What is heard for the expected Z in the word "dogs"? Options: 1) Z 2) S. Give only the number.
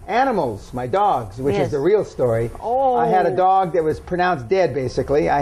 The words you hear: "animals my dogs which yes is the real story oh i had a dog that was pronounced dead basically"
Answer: 1